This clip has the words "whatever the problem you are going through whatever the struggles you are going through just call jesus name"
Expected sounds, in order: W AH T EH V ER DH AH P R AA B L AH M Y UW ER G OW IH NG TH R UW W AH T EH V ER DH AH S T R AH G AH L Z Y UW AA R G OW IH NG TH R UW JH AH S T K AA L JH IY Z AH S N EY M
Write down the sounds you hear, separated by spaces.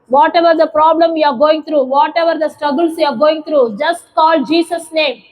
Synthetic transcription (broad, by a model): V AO T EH V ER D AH P R AA B L AH M Y UW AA G OW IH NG T R UW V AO T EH V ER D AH S T R AH G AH L S Y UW AA R G OW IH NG T R UW JH AH S T K AA L JH IY S AH S N EY M